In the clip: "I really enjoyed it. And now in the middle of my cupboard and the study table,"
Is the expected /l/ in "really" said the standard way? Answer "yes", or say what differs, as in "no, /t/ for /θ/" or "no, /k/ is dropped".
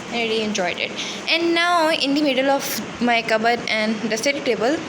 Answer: no, /l/ is dropped